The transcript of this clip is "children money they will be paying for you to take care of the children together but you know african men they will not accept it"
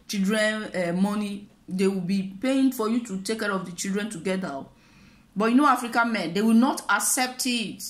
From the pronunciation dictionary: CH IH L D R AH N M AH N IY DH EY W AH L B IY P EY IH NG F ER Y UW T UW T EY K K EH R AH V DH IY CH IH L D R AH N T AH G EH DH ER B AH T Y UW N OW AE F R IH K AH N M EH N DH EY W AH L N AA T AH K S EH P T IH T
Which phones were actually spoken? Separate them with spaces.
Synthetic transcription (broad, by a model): CH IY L D R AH N M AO N IY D EY W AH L B IY P EY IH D F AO Y UW T UW T EY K K EH R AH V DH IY CH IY L D R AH N T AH G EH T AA B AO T Y UW N OW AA F R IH K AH N M EH N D EY W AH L N AA T AH K S EH P T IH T